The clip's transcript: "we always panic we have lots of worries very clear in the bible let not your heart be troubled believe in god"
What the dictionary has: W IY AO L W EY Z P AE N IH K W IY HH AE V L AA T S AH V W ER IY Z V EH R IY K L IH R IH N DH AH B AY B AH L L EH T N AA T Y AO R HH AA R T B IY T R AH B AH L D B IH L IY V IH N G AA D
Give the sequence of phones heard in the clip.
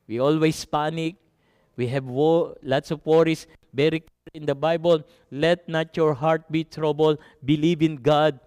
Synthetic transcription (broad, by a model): W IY AO L W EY S P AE N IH K W IY HH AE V L AA T S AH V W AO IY S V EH R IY K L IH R IH N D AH B AY B AH L L EH T N AA T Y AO R HH AA R T B IY T R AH B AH L B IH L IY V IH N G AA D